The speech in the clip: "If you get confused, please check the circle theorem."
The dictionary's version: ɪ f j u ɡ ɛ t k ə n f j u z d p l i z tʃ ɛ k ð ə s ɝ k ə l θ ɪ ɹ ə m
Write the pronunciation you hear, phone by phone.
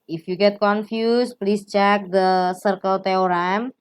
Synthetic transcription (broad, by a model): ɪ f j u ɡ ɛ t k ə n f j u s p l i s tʃ ɛ k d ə s ɝ k ə l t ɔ ɹ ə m